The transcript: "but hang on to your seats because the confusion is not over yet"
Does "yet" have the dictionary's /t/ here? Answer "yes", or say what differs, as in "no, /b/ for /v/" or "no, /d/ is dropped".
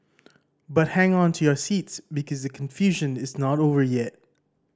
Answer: yes